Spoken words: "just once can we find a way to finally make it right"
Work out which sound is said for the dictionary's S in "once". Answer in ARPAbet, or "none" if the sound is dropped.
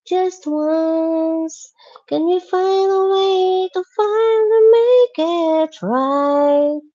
S